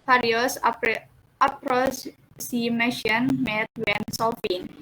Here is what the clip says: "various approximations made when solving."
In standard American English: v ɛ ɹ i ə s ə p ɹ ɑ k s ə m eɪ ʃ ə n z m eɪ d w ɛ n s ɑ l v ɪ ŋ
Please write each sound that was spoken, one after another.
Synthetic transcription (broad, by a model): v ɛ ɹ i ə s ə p ɹ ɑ s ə m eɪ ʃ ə n m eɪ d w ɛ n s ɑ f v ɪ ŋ